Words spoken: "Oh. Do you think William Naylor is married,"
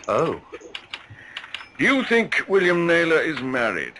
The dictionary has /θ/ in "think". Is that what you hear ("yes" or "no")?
yes